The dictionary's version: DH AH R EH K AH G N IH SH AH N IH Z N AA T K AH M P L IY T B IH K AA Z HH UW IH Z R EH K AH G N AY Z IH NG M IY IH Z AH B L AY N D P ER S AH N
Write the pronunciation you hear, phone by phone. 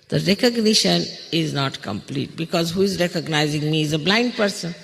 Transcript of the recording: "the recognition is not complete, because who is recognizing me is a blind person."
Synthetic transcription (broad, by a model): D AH R EH K AH G N IH SH AH N IH Z N AA T K AH M P L IY T B IH K AA Z HH UW IH Z R EH K AH G N AY Z IH NG M IY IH Z AH B L AY N D P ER S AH N